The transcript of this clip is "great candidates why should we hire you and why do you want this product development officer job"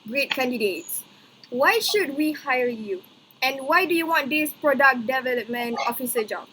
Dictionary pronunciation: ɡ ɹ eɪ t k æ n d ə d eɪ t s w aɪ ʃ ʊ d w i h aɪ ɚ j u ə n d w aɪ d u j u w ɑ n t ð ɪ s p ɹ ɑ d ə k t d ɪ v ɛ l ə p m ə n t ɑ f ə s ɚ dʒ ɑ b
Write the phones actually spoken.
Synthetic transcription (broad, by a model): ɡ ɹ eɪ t k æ n d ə d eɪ t s w aɪ ʃ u d w i h aɪ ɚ j u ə n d w aɪ d u j u w ɑ n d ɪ s p ɹ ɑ d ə k d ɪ v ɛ l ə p m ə n ɑ f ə s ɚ dʒ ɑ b